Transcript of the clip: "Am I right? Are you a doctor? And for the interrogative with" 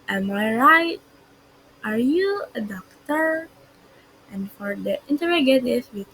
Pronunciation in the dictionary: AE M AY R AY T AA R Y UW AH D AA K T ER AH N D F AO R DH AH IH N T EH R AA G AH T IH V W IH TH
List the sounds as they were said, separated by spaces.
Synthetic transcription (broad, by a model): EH M AY R AY T AA R Y UW AH D AA K T ER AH N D F AO R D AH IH N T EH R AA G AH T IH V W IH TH